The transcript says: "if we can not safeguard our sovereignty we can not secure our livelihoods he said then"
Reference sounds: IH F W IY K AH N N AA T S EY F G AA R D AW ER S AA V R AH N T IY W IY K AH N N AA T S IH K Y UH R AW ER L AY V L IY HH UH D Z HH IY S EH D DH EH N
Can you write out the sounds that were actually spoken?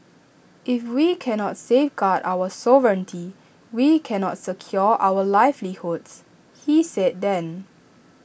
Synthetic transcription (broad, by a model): IH F W IY K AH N N AA T S EY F G AA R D AW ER S AA V R AH N T IY W IY K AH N N AA T S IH K Y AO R AW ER L AY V L IY HH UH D S HH IY S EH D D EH N